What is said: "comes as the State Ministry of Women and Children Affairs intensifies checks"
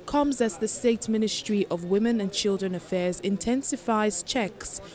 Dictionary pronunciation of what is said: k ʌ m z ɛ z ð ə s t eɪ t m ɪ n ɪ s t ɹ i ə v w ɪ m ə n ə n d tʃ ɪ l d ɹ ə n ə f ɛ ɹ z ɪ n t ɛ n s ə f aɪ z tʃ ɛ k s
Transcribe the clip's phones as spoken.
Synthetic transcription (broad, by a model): k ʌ m z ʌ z ð ə s t eɪ t m ɪ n ɪ s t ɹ i ə v w ɪ m ə n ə n tʃ ɪ l d ɹ ə n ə f ɛ z ɪ n t ɛ n s ə f aɪ z tʃ ɛ k s